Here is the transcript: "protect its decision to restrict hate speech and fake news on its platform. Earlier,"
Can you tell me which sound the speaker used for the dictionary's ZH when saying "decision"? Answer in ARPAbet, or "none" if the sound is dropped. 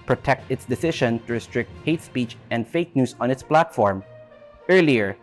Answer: SH